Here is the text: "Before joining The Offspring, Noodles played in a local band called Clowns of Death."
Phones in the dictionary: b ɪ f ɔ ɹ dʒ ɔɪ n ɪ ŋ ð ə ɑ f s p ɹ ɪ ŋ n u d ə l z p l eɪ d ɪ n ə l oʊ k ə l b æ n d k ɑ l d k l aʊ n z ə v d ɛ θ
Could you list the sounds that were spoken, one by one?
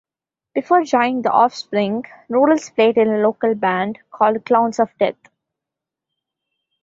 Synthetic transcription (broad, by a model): b ɪ f ɔ ɹ dʒ ɔɪ ɪ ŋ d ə ɑ f s p ɹ ɪ ŋ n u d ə l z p l eɪ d ɪ n ə l oʊ k ə l b æ n d k ɑ l d k l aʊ n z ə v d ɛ t